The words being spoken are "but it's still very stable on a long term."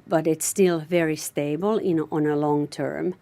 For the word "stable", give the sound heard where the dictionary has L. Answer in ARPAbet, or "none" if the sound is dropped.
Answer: N